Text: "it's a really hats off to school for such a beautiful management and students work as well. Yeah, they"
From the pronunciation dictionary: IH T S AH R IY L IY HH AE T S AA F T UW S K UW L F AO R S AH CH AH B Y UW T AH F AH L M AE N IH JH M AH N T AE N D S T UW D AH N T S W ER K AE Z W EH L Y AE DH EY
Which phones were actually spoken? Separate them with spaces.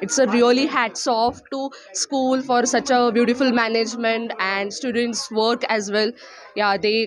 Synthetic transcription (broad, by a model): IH T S AH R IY L IY HH AE T S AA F T UW S K UW L F AO R S AH CH AH B Y UW T AH F AH L M AE N IH JH M AH N T AE N D S T UW D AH N T S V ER K AE Z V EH L Y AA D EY